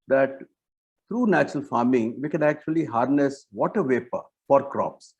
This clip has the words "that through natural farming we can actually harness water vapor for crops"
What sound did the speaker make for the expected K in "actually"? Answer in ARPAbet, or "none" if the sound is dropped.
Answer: K